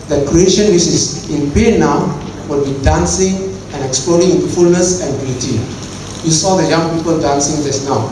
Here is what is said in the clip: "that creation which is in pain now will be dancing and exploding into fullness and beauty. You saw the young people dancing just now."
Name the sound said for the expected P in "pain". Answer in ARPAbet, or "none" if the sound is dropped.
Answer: B